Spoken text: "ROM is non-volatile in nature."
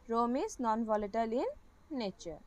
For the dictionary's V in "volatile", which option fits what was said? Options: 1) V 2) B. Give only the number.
1